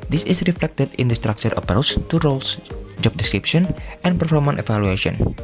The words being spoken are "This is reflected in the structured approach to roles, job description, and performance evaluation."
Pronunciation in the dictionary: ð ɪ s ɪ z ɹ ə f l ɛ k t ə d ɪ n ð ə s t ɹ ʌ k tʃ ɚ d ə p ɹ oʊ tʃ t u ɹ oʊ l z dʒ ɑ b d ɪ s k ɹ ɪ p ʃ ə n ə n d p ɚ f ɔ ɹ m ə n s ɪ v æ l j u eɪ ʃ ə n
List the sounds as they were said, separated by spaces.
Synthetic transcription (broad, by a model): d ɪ s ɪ s ɹ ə f l ɛ k t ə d ɪ n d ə s t ɹ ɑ k tʃ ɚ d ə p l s t u ɹ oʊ l s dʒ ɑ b d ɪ s k ɹ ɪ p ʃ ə n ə n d p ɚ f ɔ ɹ m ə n ɪ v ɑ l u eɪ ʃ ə n